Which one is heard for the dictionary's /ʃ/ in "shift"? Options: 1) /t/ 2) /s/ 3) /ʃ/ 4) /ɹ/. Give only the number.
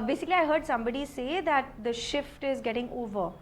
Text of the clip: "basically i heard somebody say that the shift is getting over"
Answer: 3